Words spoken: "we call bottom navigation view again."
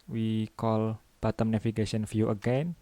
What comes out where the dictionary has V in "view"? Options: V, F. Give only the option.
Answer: F